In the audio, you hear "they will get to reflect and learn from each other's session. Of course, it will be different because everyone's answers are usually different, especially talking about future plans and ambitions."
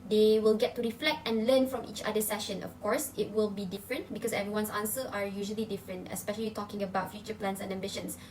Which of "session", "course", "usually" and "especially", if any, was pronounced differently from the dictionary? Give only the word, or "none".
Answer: none